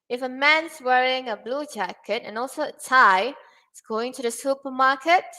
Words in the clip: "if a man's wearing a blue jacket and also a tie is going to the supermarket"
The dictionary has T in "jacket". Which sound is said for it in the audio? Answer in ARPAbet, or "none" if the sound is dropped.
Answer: T